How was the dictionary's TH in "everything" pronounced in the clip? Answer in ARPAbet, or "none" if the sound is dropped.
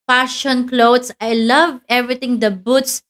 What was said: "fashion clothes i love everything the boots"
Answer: T